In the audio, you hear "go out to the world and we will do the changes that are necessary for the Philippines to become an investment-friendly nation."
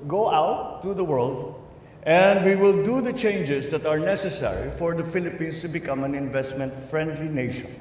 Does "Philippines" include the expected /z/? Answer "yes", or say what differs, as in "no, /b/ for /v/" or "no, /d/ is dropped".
no, /s/ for /z/